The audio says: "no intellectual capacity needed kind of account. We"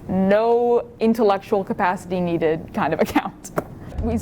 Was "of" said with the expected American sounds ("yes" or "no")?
yes